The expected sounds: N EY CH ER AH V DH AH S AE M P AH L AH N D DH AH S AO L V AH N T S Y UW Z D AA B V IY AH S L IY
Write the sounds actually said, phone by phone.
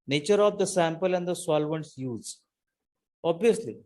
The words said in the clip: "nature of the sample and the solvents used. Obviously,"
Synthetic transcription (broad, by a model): N EY CH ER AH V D AH S AE M P AH L AH N D AH S AO L V AH N T S Y UW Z AA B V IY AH S L IY